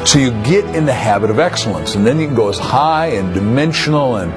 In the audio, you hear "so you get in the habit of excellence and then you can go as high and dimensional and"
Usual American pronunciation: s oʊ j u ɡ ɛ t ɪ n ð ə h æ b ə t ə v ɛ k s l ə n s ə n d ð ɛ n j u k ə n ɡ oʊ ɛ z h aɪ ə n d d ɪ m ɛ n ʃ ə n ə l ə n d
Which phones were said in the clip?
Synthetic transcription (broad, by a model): s oʊ j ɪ ɡ ɛ t ɪ n ð ə h æ b ə t ə v ɛ k s l ə n s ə n ð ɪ n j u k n ɡ oʊ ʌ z h aɪ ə n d d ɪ m ɛ n ʃ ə n l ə n